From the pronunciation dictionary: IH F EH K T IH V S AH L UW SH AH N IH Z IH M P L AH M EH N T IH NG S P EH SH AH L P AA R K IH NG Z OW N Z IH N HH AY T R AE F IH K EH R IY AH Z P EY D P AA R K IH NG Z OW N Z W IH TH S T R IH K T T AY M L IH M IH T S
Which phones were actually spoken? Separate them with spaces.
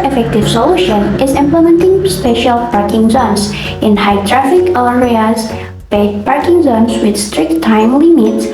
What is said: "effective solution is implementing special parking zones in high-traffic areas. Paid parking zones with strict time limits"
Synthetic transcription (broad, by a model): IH F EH K T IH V S AH L UW SH AH N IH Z IH M P L AH M EH N T IH NG S P EH SH AH L P AA R K IH NG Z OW N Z IH N HH AY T R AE F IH K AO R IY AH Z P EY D P AA R K IH NG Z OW N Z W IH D S T R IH K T T AY M L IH M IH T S